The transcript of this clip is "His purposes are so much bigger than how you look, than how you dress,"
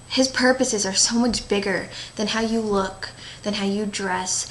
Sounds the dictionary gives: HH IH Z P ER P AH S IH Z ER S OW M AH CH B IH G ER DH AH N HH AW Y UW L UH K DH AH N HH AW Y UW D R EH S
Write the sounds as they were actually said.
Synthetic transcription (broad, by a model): HH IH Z P ER P AH S IH Z ER S OW M AH CH B IH G ER DH AH N HH AW Y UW L UH K DH AH N HH AW Y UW D R EH S